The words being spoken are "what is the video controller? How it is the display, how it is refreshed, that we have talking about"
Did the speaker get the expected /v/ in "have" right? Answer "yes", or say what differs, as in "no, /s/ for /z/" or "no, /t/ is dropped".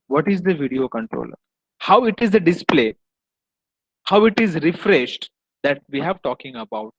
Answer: yes